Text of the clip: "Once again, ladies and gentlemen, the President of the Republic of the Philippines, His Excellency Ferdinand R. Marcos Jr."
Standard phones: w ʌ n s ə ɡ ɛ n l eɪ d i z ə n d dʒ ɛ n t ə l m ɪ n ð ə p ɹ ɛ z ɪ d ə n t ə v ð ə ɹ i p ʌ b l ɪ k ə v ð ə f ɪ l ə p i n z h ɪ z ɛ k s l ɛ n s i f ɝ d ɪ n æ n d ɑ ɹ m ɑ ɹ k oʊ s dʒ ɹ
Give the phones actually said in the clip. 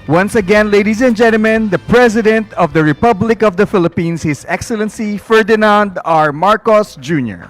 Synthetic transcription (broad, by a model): w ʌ n s ə ɡ ɛ n l eɪ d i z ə n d dʒ ɛ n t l m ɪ n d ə p ɹ ɛ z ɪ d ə n t ə v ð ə ɹ i p ʌ b l ɪ k ə v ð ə f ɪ l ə p i n s h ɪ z ɛ k s l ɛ n s i f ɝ d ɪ n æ n d ɑ ɹ m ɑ ɹ k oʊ s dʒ ɹ